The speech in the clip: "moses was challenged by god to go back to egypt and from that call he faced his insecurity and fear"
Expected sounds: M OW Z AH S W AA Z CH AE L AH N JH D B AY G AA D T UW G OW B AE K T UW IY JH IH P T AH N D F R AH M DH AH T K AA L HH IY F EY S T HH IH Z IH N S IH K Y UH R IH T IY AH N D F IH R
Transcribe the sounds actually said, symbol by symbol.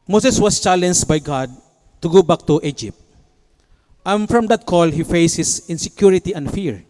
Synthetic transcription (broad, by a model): M OW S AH S W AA S CH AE L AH N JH B AY G AA D T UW G OW B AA K T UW IY JH IH P T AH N F R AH M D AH T K AA L HH IY F EY S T HH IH S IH N S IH K Y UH R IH T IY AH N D F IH R